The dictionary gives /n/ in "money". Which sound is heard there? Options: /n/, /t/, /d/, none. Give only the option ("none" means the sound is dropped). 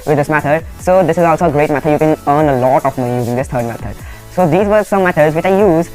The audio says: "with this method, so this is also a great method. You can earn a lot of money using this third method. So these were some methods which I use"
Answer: none